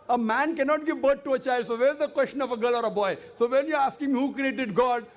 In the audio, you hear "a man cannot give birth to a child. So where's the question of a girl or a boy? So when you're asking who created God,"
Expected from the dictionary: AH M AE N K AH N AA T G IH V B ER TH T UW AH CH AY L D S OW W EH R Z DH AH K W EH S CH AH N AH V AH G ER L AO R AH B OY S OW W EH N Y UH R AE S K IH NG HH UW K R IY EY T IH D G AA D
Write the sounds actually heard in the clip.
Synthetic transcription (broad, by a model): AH M AE N K AH N AA T G IH V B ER T T UW AH CH AY L D S OW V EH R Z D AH K W EH S CH AH N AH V AH G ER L AO R AH B OY S OW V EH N Y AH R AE S K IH NG HH UW K R IY EY T IH D G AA D